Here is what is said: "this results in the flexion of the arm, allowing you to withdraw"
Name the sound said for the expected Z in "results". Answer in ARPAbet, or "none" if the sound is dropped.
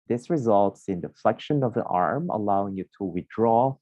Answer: Z